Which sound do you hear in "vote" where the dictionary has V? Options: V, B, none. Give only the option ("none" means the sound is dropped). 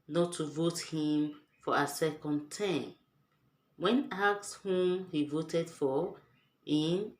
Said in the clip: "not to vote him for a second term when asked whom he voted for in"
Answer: V